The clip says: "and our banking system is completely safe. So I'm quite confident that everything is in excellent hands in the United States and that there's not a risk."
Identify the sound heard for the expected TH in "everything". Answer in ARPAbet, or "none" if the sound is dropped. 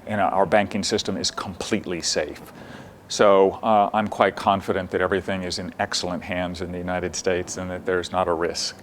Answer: TH